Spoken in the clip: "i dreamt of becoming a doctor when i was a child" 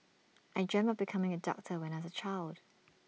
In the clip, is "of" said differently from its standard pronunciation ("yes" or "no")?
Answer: yes